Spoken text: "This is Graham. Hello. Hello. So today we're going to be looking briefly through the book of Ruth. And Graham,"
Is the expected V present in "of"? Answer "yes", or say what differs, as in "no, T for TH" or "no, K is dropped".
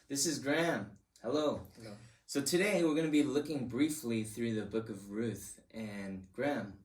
yes